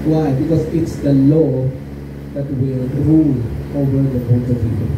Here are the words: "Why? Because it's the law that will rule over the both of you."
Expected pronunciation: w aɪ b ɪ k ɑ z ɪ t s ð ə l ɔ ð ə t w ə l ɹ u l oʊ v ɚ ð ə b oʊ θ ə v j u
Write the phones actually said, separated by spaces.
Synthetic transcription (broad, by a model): w aɪ b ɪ k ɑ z ɪ t s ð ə l ɔ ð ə t w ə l ɹ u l oʊ v ɚ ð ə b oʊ t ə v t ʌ